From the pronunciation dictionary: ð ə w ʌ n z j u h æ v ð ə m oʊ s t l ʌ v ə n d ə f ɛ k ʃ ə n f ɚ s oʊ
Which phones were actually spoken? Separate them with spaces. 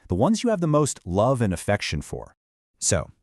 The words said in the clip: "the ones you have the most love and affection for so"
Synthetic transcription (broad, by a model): ð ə w ʌ n z j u v ð ə m oʊ s t l ʌ v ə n ə f ɛ k ʃ ə n f ɚ s oʊ